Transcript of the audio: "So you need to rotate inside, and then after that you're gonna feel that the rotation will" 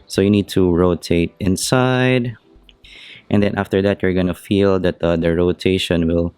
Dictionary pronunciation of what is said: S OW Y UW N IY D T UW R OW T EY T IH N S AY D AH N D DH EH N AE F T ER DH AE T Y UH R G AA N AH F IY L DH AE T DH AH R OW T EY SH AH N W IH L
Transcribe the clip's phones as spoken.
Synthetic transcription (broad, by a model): S OW Y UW N IY D T UW R OW T EY T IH N S AY D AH N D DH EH N AE F T ER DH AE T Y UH R G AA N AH F IY L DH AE T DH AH R OW T EY SH AH N W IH L